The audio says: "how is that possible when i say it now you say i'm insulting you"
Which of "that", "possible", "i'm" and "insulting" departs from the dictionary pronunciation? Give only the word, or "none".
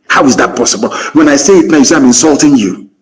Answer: none